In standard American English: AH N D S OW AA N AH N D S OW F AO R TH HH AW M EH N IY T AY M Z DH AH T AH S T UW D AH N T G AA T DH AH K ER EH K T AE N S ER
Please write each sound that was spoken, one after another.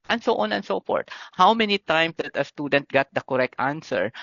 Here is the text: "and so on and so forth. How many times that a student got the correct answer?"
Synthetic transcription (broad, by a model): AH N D S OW AA N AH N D S OW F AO R T HH AW M EH N IY T AY M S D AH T AH S T UW D AH N T G AA T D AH K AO EH K T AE N S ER